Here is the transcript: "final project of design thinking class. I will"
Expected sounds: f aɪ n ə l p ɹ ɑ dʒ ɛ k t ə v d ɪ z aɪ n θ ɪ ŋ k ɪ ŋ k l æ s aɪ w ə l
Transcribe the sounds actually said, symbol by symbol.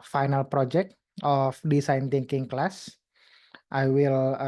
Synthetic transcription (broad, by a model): f aɪ n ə l p ɹ ɑ dʒ ɛ k t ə f d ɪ s aɪ n t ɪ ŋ k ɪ ŋ k l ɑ s aɪ w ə l